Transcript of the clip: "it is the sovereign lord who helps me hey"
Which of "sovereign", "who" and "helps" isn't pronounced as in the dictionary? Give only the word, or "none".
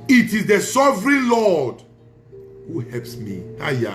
none